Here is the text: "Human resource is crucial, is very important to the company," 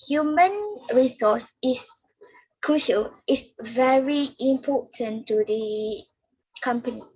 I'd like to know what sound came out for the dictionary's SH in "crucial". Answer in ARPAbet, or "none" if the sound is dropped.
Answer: SH